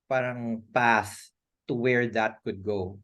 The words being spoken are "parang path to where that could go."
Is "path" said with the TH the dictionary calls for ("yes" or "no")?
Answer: no